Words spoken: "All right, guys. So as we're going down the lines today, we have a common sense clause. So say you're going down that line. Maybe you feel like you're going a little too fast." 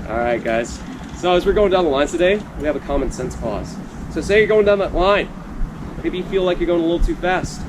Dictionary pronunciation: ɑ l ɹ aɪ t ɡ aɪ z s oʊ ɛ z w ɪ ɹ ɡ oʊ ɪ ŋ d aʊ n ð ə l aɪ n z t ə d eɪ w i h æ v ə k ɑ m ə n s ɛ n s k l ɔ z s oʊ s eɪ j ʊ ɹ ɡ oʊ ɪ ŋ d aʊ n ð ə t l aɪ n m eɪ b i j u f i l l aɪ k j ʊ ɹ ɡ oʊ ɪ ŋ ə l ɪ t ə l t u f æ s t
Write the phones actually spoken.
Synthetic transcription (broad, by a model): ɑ ɹ aɪ t ɡ aɪ z s oʊ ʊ z w ɪ ɹ ɡ oʊ ɪ ŋ d aʊ n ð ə l aɪ n t ə d eɪ w i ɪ v ə k ɑ m ə n s ɛ n s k ɔ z s oʊ s eɪ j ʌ ɹ ɡ oʊ ɪ ŋ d aʊ n ð ə t l aɪ n m eɪ b i j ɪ f i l l aɪ k j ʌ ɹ ɡ oʊ ɪ ŋ ə l ɪ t l t u f æ s t